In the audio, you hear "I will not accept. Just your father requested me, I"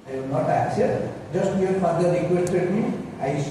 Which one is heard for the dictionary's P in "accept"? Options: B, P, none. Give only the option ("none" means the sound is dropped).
none